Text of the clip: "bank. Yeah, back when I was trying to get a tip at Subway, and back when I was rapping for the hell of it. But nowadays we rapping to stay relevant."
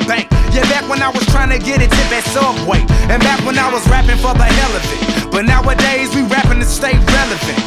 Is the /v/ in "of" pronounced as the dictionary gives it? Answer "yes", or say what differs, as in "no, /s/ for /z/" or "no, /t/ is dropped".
no, /f/ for /v/